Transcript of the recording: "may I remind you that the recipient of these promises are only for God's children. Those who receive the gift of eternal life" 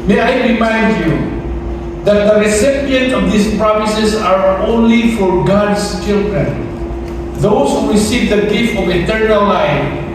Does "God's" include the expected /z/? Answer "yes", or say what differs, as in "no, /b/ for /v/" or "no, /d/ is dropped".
no, /s/ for /z/